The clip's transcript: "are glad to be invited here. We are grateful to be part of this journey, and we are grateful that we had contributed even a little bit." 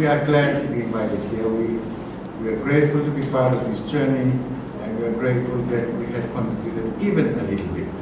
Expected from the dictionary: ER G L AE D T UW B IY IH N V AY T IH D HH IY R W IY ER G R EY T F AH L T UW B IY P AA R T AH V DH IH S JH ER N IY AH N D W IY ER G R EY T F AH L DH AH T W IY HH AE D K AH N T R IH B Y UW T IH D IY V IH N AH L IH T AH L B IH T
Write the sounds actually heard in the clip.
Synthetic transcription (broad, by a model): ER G L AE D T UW B IY IH N V AY T IH D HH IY W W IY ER G R EY T F AH L T UW B IY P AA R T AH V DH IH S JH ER N IY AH N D W IY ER G R EY T F AH L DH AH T W IY HH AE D K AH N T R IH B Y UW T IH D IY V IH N AH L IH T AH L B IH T